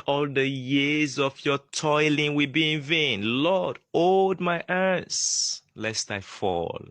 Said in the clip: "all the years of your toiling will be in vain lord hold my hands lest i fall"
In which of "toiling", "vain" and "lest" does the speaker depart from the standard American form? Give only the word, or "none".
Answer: none